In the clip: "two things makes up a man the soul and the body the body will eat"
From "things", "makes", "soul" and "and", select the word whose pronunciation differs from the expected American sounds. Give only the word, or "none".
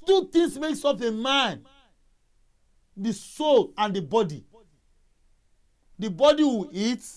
things